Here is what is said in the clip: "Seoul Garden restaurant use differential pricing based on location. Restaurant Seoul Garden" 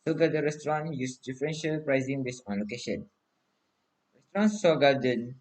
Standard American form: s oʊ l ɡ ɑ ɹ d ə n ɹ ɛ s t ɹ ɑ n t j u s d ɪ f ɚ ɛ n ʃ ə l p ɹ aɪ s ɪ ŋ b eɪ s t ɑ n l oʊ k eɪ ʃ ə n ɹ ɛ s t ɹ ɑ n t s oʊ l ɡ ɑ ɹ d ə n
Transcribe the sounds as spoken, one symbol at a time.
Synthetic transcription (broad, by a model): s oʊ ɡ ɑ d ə ɹ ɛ s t ɹ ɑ n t j u s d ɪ f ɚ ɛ n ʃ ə l p ɹ aɪ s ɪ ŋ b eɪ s ɑ n l oʊ k eɪ ʃ ə n ɹ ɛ s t ɹ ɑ n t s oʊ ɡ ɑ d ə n